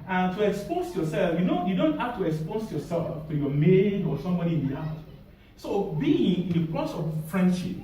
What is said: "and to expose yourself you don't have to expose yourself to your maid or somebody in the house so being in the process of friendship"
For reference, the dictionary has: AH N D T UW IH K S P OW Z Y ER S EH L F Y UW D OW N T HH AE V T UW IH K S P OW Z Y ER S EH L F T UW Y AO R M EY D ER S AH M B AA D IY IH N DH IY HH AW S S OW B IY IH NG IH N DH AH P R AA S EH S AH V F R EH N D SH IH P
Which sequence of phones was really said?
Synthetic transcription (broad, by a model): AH N T UW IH K S P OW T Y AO S EH L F Y UW D OW N T HH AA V T UW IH K S P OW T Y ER S EH L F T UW Y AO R M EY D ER S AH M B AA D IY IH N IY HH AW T S OW B IY IH NG IH N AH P L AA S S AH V F R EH N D SH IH P